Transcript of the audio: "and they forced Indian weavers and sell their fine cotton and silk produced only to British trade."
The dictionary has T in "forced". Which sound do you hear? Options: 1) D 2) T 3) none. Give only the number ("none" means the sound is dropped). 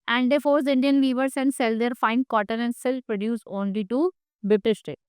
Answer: 3